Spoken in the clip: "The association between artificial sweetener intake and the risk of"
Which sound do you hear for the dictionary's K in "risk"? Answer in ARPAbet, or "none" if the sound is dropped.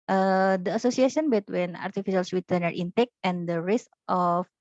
none